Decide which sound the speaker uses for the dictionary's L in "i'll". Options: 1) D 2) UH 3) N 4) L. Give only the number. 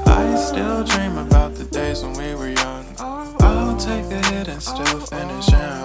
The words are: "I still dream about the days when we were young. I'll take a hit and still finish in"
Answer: 3